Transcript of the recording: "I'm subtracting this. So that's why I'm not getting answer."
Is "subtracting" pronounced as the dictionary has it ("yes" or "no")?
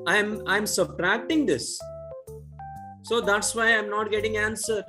yes